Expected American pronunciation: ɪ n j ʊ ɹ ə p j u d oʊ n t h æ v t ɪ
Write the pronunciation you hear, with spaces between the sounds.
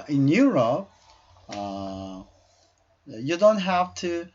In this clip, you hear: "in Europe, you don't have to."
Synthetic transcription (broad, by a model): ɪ n j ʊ ɹ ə p j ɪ d oʊ n t h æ f t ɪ